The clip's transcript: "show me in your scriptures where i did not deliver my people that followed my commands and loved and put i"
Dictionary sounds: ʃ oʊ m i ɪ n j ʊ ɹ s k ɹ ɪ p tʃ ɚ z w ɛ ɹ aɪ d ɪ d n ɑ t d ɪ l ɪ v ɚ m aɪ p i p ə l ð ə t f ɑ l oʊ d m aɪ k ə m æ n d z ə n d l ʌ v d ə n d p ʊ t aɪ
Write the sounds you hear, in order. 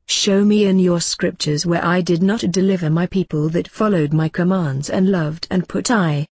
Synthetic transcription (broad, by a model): ʃ oʊ m i ɪ n j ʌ ɹ s k ɹ ɪ p tʃ ɚ z w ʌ ɹ aɪ d ɪ d n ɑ t d ɪ l ɪ v ɚ m aɪ p i p ə l ð ə t f ɑ l oʊ d m aɪ k ə m æ n d z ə n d l ʌ v d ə n p ʊ t aɪ